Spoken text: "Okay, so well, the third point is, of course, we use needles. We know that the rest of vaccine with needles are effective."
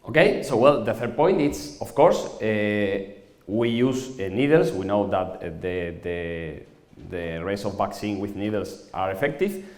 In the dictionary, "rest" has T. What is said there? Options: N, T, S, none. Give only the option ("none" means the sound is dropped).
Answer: none